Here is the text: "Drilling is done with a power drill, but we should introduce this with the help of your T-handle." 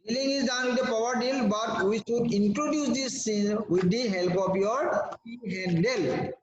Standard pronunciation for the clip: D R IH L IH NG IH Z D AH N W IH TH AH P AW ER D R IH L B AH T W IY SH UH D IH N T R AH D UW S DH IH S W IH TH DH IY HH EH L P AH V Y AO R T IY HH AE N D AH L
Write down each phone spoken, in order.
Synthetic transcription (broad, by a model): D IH L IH NG IH Z D AH N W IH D AH P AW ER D IH L B AH T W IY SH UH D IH N T R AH D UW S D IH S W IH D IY HH EH L P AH P Y AO R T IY HH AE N D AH L